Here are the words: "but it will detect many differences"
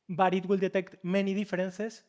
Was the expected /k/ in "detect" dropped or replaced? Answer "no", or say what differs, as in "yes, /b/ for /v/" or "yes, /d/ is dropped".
no